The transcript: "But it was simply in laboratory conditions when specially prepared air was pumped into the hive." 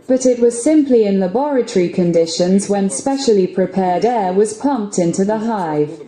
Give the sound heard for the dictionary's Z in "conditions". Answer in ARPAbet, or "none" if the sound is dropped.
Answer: Z